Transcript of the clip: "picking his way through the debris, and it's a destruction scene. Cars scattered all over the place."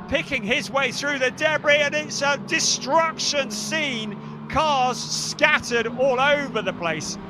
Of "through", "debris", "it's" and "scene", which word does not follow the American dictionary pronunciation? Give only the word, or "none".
none